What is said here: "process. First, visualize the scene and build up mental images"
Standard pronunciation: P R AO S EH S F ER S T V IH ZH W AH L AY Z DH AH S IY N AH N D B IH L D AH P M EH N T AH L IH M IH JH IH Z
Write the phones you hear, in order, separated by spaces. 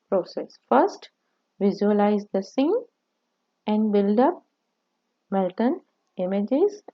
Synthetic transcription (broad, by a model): P R AO S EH S F ER S T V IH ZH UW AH L AY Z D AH S IY N AH N D B IH L D AH P M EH L T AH N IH M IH JH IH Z